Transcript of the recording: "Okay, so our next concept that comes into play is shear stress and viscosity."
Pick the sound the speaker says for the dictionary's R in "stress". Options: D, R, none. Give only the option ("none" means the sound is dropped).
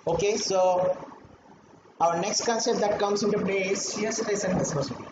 none